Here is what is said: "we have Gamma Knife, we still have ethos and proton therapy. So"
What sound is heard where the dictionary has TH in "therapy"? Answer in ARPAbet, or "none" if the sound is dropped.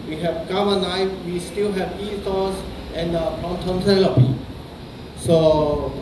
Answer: T